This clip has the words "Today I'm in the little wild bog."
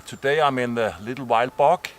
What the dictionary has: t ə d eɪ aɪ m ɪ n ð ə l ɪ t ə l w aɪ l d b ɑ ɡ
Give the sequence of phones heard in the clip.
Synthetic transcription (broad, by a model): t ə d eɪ aɪ m ɪ n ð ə l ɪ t l w aɪ l d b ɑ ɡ